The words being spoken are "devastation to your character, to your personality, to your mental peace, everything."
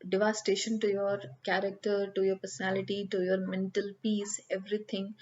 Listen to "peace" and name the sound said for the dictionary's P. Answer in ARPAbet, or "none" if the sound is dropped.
P